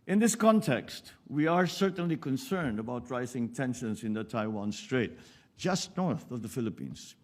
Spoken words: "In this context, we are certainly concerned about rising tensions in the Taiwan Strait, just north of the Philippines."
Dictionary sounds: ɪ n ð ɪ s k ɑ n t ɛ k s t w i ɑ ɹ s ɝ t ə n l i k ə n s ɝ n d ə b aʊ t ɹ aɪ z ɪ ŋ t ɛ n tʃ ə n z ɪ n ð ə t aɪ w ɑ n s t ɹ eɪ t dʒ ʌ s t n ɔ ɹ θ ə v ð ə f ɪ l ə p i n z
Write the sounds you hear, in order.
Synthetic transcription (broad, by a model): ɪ n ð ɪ s k ɑ n t ɛ k s t w i ɑ ɹ s ɝ t ə n l i k ə n s ɝ n d ə b aʊ t ɹ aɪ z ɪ ŋ t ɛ n ʃ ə n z ɪ n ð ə t aɪ w ɑ n s t ɹ eɪ t dʒ ʌ s t n ɔ ɹ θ ə v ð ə f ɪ l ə p i n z